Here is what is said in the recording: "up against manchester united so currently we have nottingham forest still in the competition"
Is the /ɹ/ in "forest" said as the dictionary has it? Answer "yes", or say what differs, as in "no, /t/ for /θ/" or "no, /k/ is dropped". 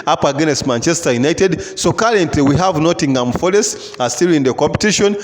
no, /l/ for /ɹ/